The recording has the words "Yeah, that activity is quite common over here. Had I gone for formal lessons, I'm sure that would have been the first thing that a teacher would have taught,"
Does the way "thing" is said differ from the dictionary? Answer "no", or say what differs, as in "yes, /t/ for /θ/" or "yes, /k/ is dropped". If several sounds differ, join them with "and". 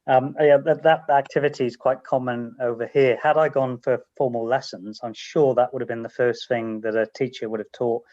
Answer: no